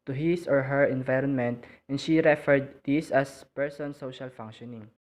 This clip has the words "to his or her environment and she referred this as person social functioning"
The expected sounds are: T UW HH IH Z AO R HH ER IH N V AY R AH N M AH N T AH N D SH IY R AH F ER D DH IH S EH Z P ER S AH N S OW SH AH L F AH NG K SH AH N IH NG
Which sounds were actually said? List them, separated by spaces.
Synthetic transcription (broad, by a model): T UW HH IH S AO R HH ER IH N V AY R AH N M AH N T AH N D SH IY R AH F ER D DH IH S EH S P ER S AH N S OW SH AH L F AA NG K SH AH N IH NG